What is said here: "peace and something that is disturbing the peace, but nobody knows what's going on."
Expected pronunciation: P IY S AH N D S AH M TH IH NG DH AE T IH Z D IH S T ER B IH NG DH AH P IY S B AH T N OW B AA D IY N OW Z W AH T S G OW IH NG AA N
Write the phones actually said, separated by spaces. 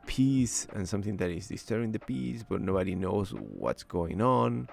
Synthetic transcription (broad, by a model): P IY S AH N S AH M TH IH NG DH AE T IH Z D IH S T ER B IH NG DH AH P IY S B AH T N OW B AA D IY N OW Z W AH T S G OW IH NG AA N